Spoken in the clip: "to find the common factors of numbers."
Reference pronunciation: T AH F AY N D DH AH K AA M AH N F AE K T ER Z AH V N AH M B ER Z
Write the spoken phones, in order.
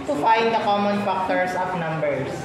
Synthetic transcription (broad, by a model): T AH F AY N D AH K AA M AH N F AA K T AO S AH P N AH M B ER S